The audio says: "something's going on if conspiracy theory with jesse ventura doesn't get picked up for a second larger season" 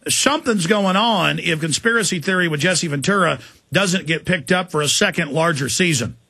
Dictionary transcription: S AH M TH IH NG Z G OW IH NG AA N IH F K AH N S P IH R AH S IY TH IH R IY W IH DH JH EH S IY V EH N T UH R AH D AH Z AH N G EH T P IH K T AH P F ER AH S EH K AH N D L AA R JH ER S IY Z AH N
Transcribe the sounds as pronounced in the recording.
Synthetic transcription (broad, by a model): S AH M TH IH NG Z G OW IH NG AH N IH F K AH N S P IH R AH S IY TH IH R IY W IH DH JH EH S IY V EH N T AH R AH D AH Z AH N G EH T P IH K T AH P F ER AH S EH K AH N D L AA R JH ER S IY Z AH N